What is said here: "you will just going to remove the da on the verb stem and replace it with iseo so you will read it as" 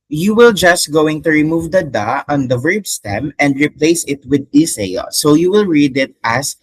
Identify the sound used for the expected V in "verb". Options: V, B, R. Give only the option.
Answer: V